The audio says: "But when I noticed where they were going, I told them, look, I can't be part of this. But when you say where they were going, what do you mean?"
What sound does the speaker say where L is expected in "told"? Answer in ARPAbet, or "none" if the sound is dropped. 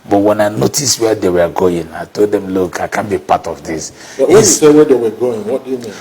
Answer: L